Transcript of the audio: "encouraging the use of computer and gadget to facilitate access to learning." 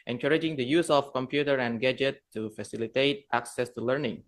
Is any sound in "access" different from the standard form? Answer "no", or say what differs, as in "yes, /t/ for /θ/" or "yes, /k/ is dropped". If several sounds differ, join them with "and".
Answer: no